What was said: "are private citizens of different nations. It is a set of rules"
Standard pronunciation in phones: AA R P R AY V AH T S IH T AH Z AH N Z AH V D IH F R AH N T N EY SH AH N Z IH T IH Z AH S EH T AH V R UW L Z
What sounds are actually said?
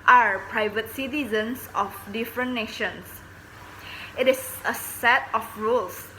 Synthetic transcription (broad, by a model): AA R P R AY V AH T S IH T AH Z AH N S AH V D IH F R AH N N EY SH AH N S IH T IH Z AH S EH T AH F R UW L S